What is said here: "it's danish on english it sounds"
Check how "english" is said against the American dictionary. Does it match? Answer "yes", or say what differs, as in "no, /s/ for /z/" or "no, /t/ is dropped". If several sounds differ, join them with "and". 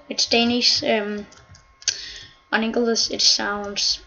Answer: no, /s/ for /ʃ/